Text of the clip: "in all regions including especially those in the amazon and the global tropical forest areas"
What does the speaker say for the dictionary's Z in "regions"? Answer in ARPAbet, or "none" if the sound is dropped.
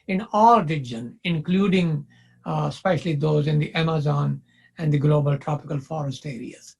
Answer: none